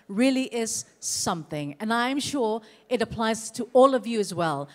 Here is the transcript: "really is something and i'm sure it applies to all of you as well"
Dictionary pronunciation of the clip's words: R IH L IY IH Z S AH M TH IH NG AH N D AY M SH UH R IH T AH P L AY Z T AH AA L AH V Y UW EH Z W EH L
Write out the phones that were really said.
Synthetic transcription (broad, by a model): R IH L IY IH Z S AH M TH IH NG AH N AY M SH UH R IH T AH P L AY Z T AH AA L AH V Y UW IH Z W EH L